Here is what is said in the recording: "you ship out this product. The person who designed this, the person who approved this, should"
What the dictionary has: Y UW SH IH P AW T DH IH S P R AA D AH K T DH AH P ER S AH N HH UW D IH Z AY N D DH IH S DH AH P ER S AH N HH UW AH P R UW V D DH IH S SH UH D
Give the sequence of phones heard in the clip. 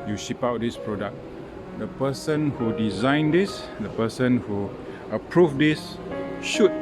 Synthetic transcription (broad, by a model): Y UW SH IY P AW T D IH S P R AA D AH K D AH P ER S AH N HH UW D IH Z AY N D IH S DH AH P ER S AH N HH UW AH P R UW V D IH S SH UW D